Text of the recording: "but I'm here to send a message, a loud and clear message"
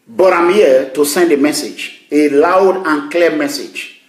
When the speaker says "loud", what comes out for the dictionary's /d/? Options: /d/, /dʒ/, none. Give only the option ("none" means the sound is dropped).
/d/